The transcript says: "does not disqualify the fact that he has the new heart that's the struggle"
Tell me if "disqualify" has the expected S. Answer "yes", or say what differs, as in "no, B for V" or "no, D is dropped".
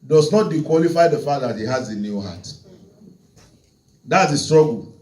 no, S is dropped